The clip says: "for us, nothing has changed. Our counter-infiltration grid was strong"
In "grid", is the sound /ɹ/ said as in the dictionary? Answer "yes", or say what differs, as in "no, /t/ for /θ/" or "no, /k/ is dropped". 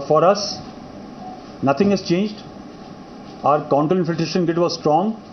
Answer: no, /ɹ/ is dropped